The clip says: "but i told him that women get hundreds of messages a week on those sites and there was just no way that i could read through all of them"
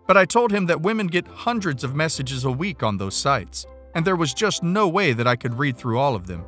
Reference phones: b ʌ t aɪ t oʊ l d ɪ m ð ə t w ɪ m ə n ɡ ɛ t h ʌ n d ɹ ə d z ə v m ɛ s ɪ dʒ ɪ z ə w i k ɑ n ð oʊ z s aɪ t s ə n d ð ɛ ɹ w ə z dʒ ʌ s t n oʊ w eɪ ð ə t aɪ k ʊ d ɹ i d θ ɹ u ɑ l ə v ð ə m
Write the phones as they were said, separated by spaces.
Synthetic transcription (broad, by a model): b ʌ t aɪ t oʊ l d ɪ m ð ə t w ɪ m ə n ɡ ɛ t h ʌ n d ɹ ə d z ə v m ɛ s ɪ dʒ ɪ z ə w i k n ð oʊ z s aɪ t s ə n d ð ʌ ɹ w ə z dʒ ʌ s t n oʊ w eɪ ð ə t aɪ k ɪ d ɹ i d θ ɹ u ɑ l ə v ð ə m